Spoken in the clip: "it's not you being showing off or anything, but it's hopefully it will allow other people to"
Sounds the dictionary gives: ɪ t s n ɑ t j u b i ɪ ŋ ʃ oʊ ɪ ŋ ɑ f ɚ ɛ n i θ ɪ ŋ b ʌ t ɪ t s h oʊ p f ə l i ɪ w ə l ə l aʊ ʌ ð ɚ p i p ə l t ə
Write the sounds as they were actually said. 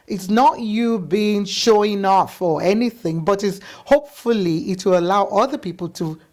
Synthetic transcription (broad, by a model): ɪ t s n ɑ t j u b i ɪ ŋ ʃ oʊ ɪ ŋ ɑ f ɚ ɛ n i θ ɪ ŋ b ʌ t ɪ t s h oʊ p f ə l i ɪ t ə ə l aʊ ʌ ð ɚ p i p ə l t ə